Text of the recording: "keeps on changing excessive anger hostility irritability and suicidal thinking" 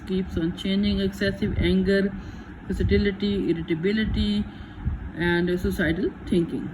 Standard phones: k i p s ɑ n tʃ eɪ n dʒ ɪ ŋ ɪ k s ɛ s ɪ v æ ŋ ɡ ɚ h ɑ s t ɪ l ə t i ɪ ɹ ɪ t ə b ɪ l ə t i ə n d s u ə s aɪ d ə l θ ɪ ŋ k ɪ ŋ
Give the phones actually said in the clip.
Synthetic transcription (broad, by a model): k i p s ɑ n tʃ eɪ n dʒ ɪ ŋ ɪ k s ɛ s ɪ v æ ŋ ɡ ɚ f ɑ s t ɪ l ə t i ɪ ɹ ɪ t ə b ɪ l ə t i ə n d s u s aɪ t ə l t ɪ ŋ k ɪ ŋ